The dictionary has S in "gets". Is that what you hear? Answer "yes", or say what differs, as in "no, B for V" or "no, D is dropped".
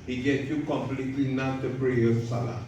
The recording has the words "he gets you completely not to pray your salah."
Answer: no, S is dropped